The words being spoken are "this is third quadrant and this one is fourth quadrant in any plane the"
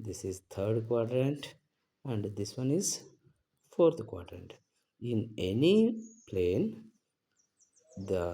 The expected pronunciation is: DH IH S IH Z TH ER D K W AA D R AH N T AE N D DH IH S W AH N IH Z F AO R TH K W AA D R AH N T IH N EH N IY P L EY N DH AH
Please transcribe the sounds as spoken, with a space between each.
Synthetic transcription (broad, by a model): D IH S IH Z T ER D K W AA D R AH N T AE N D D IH S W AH N IH Z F AO R T K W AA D R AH N T IH N EH N IY P L EY N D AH